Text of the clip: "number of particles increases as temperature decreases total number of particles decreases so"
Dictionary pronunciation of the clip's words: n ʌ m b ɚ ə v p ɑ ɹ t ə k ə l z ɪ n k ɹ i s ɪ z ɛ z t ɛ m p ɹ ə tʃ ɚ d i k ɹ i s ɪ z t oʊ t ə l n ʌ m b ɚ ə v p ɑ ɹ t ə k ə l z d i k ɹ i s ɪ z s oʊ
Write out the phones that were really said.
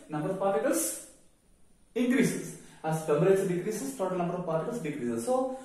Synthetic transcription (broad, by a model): n ʌ m b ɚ ə v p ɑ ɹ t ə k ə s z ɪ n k ɹ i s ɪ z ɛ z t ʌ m b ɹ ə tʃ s d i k ɹ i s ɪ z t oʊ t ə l n ʌ m b ɚ ə v p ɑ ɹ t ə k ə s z d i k ɹ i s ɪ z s oʊ